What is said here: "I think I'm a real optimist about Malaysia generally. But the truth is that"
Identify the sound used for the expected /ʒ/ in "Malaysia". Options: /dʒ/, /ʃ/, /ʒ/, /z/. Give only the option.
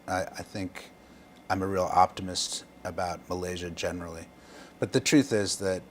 /ʒ/